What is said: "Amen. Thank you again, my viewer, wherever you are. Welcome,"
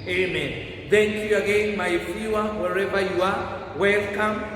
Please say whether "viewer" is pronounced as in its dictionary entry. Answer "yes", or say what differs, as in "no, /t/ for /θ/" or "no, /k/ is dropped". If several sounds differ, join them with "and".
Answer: no, /f/ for /v/